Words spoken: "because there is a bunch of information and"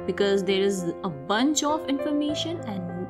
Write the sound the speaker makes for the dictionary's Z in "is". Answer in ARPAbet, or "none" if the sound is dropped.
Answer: Z